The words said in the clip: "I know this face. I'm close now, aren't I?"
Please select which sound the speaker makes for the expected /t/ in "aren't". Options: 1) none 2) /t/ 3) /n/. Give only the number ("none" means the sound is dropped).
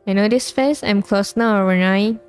1